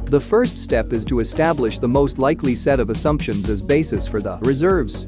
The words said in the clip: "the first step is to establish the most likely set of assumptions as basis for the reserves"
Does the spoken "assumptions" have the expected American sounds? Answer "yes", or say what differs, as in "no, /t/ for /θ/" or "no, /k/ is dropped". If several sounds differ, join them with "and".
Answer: yes